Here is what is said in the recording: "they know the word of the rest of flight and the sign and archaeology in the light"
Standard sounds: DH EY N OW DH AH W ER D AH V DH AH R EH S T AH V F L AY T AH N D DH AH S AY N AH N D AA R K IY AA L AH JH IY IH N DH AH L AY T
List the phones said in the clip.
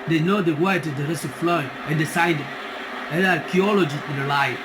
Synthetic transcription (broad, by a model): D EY N OW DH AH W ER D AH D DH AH R EH S T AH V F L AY AH N D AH S AY N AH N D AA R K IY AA L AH JH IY IH N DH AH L AY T